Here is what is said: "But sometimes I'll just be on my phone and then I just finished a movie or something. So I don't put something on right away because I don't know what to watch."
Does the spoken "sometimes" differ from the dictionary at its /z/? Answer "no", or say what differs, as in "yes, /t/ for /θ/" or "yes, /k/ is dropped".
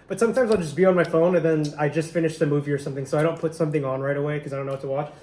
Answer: no